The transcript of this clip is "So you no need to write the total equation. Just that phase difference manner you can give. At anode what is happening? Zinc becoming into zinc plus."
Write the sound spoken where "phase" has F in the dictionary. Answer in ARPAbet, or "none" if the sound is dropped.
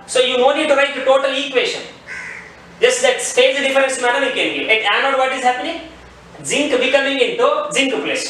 P